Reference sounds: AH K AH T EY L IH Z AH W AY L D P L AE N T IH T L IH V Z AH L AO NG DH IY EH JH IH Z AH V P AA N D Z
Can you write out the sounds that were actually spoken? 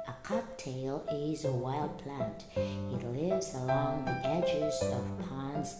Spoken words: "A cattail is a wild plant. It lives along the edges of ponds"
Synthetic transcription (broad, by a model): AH K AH T EY L IH Z AH W AY L D P L AE N T IH T L IH V Z AH L AO NG DH IY EH JH IH Z AH V P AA N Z